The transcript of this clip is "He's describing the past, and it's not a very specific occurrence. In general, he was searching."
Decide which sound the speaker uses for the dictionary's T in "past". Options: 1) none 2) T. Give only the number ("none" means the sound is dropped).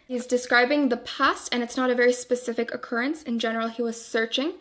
2